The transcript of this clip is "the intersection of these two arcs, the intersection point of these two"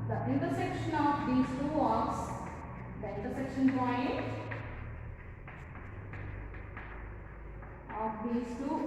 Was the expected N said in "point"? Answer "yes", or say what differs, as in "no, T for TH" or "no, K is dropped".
no, N is dropped